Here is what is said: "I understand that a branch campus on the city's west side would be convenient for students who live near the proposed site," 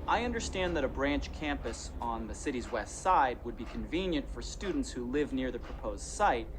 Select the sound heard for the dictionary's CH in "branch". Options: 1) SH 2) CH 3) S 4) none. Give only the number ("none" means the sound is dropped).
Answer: 2